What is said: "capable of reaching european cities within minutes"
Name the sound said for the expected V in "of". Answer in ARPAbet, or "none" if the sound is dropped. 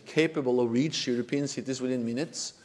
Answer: V